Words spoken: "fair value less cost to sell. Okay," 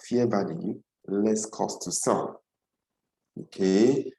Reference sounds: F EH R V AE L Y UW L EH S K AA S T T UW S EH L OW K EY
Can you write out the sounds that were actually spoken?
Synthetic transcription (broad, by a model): F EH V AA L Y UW L EH S K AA S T T UW S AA N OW K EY